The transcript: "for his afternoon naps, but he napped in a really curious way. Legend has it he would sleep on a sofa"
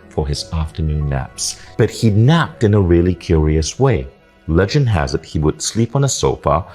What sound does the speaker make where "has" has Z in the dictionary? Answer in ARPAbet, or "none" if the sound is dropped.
Z